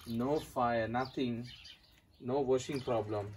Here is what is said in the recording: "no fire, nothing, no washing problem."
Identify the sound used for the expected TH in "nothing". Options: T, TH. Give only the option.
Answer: T